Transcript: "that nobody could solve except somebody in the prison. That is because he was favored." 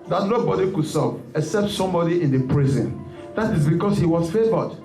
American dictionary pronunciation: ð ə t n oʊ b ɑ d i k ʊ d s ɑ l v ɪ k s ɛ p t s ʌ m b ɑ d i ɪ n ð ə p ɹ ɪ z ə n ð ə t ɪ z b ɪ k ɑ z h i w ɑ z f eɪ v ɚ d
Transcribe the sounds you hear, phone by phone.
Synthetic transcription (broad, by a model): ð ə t n oʊ b ɑ d i k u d s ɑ v ɪ k s ɛ p t s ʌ m b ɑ d i ɪ n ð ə p ɹ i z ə n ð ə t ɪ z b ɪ k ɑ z h i w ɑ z f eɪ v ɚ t